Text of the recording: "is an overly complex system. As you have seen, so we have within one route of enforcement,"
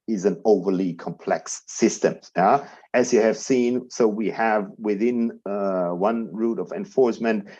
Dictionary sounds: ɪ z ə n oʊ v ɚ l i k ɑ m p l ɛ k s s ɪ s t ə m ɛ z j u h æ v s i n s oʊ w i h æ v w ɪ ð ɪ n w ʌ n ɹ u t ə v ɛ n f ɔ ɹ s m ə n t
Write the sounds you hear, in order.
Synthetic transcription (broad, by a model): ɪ z ə n oʊ v ɚ l i k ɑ m p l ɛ k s s ɪ s t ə m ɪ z j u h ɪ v s i n s oʊ w i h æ v w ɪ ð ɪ n w ʌ n ɹ u t ə v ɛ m f ɔ ɹ s m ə n t